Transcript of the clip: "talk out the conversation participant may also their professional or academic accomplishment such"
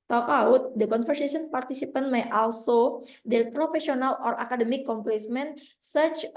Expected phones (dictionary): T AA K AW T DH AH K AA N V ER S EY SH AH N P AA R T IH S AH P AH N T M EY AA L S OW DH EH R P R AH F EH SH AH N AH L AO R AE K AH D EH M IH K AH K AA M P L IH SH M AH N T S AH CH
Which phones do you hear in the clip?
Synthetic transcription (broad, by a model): T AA K AW T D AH K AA N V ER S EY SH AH N P AA R T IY S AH P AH N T M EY AA L S OW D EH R P R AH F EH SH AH N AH L AO R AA K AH D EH M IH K K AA M P L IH S M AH N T S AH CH